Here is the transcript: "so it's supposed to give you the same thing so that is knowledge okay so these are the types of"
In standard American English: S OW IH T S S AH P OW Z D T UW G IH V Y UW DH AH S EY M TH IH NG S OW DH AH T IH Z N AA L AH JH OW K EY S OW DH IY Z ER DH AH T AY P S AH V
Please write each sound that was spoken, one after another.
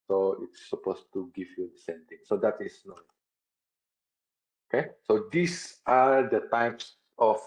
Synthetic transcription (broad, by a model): S OW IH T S S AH P OW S T UW G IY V Y UW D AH S EY M T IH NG S OW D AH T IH S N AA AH OW K EY S OW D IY S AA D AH T AY P S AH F